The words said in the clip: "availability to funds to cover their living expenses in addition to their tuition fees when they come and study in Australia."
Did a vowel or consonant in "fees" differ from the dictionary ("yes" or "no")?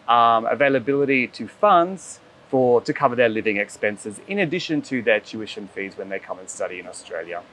no